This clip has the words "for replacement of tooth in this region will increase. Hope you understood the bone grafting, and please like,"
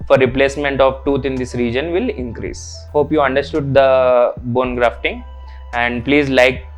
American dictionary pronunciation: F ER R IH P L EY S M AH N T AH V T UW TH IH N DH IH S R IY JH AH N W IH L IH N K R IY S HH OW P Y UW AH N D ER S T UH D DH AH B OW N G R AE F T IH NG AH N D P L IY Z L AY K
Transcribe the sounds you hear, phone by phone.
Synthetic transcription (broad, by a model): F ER R IH P L EY S M AH N T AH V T UW T IH N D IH S R IY JH AH N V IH L IH N K R IY S HH OW P Y UW AH N D ER S T UH D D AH B OW N G R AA F T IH NG AH N D P L IY Z L AY K